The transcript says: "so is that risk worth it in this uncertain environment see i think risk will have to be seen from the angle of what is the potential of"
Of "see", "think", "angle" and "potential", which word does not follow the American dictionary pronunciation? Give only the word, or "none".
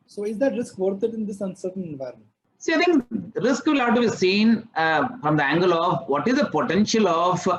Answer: think